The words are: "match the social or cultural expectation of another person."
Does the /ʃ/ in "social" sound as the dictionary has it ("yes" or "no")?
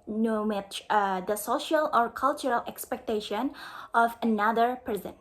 yes